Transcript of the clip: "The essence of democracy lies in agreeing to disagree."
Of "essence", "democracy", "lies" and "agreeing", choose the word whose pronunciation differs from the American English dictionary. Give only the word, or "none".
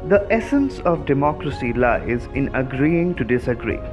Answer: none